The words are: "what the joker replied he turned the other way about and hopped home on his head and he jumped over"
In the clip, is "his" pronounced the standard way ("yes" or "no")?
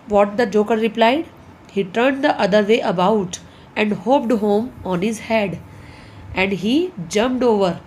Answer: yes